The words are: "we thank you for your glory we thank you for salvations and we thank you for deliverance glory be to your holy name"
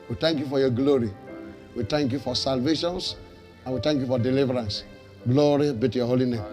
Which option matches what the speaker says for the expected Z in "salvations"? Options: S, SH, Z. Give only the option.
S